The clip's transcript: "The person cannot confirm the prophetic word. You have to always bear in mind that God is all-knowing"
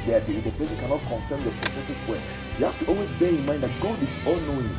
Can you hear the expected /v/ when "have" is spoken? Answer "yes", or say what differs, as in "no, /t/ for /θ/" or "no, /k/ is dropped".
no, /f/ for /v/